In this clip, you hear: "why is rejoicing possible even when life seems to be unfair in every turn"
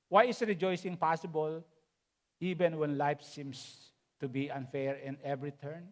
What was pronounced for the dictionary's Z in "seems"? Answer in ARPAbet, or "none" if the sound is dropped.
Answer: S